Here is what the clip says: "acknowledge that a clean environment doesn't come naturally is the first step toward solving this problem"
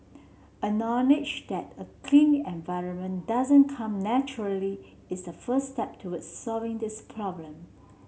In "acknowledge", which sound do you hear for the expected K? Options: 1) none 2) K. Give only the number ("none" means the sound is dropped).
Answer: 1